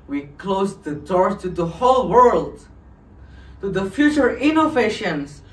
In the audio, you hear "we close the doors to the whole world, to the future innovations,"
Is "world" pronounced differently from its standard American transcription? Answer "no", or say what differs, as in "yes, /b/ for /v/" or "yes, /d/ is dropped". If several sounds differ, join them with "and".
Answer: no